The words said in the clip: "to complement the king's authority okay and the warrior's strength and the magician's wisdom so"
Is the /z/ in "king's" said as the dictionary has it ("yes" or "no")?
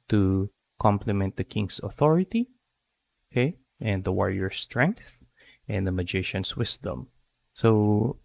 no